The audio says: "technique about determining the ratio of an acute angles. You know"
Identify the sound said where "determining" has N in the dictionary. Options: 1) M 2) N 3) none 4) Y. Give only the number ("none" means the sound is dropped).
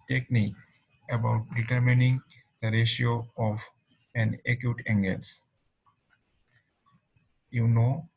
2